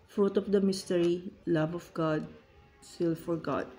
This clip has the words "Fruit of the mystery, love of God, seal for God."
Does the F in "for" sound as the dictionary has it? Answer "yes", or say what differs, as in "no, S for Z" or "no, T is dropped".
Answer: yes